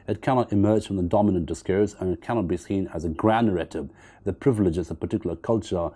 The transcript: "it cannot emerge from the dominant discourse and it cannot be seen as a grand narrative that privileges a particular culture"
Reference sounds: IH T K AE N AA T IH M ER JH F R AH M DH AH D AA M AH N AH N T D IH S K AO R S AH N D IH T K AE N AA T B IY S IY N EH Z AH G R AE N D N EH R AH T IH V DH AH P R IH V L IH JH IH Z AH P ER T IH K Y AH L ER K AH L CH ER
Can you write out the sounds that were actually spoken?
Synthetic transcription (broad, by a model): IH T K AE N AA T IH M ER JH F R AH M DH AH D AA M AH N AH N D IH S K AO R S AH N IH T K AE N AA T B IY S IY N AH Z AH G R AE N D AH R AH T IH B DH AH P R IH V L IH JH IH Z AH P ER T IH K Y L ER K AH L CH ER